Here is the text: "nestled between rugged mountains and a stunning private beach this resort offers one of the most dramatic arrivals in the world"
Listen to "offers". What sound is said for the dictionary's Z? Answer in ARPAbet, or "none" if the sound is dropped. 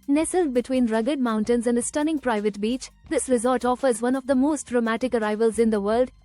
Z